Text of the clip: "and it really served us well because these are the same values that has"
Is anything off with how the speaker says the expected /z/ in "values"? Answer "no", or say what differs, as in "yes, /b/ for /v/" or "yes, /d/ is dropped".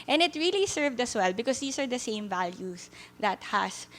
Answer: yes, /s/ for /z/